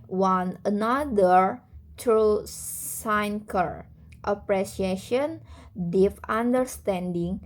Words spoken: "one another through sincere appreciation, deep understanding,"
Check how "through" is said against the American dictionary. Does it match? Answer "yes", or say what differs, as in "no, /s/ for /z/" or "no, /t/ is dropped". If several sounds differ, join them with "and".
no, /t/ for /θ/